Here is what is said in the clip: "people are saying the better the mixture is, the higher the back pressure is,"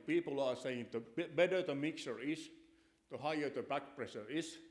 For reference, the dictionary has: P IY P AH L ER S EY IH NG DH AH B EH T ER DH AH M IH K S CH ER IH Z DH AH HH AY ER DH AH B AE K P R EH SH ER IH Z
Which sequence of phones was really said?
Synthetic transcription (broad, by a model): P IY P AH L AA S EY IH NG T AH B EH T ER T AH M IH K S ER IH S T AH HH AY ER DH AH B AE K P R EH S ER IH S